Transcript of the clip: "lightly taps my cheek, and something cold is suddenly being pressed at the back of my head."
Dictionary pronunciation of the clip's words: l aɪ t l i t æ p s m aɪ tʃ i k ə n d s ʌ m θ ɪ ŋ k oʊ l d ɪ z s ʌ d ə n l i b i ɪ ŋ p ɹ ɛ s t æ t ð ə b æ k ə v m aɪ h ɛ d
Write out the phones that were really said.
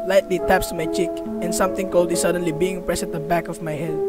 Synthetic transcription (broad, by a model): l aɪ t l i t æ p s m aɪ tʃ i k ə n s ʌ m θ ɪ ŋ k oʊ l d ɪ s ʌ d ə n l i b i ɪ ŋ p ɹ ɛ s æ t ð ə b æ k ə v m aɪ h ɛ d